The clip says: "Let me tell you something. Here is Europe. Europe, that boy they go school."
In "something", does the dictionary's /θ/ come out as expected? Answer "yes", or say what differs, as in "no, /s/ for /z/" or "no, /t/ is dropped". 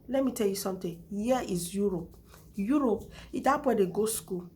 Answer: no, /t/ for /θ/